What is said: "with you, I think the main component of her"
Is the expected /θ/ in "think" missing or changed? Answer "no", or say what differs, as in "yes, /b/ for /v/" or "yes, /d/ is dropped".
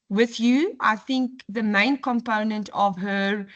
no